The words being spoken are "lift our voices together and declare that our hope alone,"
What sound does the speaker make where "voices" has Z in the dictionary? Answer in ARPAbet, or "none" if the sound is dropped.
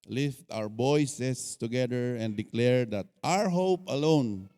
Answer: S